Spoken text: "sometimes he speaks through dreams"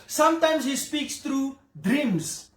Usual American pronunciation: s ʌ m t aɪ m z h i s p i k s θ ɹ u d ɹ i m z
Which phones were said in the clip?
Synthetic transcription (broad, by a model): s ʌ m t aɪ m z h i s p i k s t ɹ u d ɹ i m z